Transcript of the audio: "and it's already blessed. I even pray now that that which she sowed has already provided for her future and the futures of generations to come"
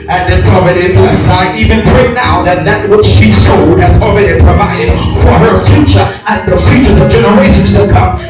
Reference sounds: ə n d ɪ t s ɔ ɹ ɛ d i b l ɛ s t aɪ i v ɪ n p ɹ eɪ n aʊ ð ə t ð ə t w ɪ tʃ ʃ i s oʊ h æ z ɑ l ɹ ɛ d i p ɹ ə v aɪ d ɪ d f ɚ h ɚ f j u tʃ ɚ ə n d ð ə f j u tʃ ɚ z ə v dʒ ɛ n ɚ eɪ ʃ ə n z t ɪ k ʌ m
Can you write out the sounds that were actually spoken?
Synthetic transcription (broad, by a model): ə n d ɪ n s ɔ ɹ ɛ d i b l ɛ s aɪ i v ɪ n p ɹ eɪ n aʊ ð ə t ð ə t w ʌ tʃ ʃ i s oʊ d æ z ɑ l ɹ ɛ d i p ɹ ə v aɪ d ɪ d f ɚ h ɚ f j u tʃ ɚ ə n ð ə f j u tʃ ɚ z ə v dʒ ɛ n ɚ eɪ ʃ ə n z t ɪ k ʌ m